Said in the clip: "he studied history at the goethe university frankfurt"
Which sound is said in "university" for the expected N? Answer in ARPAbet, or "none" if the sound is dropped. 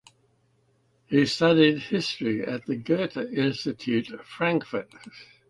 none